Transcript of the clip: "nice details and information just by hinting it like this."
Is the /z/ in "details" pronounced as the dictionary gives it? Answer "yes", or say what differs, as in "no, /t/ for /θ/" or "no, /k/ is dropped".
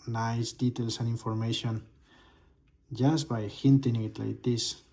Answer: no, /s/ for /z/